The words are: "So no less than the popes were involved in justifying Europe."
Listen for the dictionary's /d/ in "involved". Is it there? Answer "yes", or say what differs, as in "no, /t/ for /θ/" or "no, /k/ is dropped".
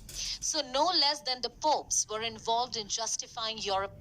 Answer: yes